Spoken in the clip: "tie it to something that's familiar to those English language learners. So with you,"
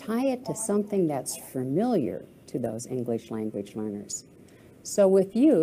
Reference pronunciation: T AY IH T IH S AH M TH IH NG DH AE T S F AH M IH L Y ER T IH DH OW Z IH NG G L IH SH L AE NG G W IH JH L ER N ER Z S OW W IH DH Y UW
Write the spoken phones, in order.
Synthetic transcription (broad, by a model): AY IH T IH S AH M TH IH NG DH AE T S F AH M IH L Y ER T IH DH OW Z IH NG G L IH SH L AE NG G W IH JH L ER N ER Z S OW W IH DH Y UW